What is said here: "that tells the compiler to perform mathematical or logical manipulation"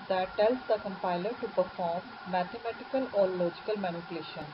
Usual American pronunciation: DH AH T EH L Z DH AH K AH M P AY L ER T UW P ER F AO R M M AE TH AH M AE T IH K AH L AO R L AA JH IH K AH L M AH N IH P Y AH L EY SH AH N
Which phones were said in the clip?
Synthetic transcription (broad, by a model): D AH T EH L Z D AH K AH M P AY L ER T UW P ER F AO R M M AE T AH M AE T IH K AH L AO R L AA JH IH K AH L M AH N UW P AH L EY SH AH N